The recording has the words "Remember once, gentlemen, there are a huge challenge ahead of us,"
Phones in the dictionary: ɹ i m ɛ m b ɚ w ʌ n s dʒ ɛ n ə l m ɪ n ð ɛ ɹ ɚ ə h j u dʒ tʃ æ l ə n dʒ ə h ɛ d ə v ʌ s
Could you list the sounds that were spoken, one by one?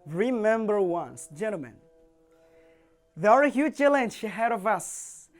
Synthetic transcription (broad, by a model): ɹ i m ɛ m b ɚ w ʌ n s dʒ ɛ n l m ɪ n ð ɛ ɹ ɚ ə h j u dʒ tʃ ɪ l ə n ʃ ə h ɛ d ə v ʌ s